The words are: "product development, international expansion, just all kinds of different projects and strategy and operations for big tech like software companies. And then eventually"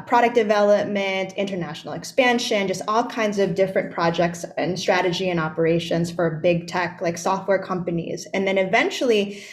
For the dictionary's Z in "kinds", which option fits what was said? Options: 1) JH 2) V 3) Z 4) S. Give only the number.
3